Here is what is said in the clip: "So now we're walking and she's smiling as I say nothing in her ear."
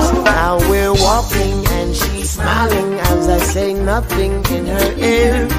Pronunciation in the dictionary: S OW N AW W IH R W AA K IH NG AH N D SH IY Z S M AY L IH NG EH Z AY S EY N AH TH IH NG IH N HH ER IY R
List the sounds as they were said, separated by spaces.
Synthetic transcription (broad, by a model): N AW W IH R W AA K IH NG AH N SH IY Z S M AY L IH NG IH Z AY S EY N AH TH IH NG IH N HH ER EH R